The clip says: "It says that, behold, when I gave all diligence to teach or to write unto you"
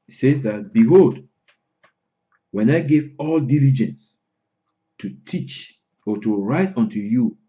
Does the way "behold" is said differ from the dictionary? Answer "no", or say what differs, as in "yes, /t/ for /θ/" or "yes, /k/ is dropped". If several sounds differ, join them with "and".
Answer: no